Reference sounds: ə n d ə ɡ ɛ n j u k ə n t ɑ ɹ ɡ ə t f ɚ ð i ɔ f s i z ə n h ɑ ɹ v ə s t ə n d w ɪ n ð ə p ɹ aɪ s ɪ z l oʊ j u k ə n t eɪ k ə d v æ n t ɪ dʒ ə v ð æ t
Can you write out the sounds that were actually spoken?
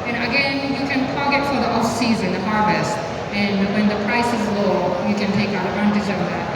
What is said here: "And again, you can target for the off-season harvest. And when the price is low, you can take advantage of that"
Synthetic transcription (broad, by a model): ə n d ə ɡ ɛ n j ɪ k ə n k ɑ l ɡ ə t f ɚ ð i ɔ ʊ s i z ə n h ɑ ɹ v ə s t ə n w ɪ n ð ə p ɹ aɪ s ɪ z l oʊ j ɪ k ə n t eɪ k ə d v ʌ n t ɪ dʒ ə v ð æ t